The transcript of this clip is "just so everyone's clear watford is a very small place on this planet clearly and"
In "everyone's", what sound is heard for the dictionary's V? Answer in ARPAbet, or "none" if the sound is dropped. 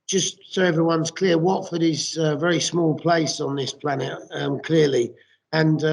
V